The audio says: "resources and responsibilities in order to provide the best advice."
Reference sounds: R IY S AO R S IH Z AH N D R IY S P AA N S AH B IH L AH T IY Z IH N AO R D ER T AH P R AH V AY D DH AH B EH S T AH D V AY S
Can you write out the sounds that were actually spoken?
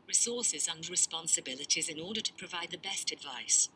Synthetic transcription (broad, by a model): R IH S AO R S IH Z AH N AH R IY S P AA N S AH B IH L AH T IY Z IH N AO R D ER T AH P R AH V AY D DH AH B EH S T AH D V AY S